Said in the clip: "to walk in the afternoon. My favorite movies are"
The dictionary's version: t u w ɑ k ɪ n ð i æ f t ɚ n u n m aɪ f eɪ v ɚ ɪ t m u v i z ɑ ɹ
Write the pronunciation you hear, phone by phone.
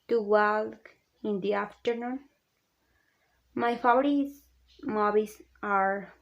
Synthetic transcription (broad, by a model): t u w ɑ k ɪ n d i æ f t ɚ n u n m aɪ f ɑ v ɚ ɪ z m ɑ b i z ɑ ɹ